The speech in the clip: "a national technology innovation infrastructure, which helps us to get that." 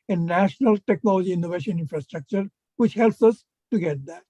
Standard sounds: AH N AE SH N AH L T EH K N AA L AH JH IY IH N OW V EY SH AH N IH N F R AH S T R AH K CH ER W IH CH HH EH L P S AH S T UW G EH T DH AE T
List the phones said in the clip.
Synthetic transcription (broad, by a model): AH N AE SH N AH L T EH K N AA L AH JH IY IH N OW V EY SH AH N IH N F R AH S T R AH K CH ER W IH CH HH EH L P S AH S T UW G EH T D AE T